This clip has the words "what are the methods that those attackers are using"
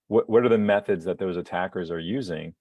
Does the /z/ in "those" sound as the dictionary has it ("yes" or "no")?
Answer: yes